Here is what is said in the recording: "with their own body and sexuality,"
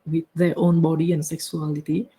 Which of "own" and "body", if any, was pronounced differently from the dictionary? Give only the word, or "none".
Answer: none